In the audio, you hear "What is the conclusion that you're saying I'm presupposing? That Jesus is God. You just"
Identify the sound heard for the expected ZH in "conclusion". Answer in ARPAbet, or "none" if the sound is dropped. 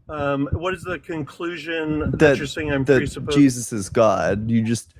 ZH